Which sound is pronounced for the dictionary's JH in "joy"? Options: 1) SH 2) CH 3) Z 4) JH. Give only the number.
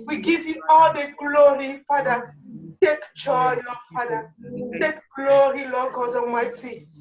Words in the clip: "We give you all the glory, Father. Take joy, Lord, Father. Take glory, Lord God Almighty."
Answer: 2